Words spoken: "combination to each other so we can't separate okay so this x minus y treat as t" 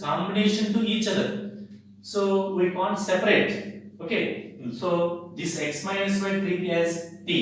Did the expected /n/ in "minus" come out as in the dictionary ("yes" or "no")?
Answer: no